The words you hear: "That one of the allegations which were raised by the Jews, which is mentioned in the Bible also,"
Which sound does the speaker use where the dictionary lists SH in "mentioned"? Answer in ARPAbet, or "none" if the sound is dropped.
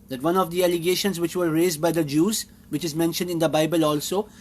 SH